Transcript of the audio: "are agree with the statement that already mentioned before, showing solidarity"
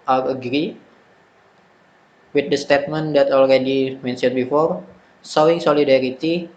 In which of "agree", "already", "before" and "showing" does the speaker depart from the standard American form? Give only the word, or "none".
showing